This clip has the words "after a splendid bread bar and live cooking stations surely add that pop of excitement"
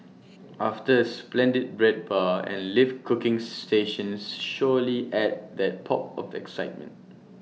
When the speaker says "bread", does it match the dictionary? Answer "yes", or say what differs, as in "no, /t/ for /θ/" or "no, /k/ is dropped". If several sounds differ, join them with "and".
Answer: yes